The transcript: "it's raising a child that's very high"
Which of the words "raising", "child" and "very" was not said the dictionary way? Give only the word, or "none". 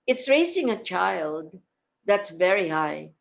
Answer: raising